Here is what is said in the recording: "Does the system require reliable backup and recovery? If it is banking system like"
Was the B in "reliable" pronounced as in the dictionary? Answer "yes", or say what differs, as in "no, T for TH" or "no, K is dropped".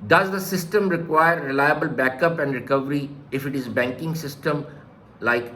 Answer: yes